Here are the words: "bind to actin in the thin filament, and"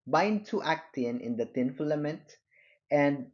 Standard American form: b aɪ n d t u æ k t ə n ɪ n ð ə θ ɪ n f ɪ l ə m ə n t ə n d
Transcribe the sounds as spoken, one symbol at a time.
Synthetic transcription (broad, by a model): b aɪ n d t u æ k t ə n ɪ n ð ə t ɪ n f l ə m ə n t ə n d